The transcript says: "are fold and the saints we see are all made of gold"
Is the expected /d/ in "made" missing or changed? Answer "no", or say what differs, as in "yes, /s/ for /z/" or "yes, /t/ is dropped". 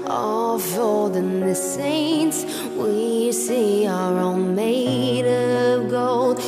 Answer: no